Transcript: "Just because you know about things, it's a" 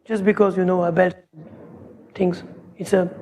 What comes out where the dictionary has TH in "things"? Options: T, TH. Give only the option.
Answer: T